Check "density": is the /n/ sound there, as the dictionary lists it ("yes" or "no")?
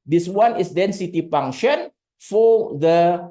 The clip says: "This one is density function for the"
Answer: yes